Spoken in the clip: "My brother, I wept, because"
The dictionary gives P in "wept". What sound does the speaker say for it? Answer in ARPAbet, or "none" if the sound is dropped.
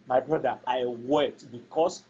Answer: none